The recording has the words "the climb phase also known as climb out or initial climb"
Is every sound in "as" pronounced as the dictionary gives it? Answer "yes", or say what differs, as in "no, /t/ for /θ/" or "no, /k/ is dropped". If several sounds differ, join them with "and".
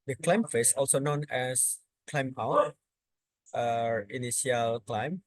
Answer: no, /s/ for /z/